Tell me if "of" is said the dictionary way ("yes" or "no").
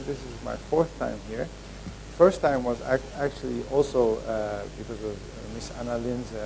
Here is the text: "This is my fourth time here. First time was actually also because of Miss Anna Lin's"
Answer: yes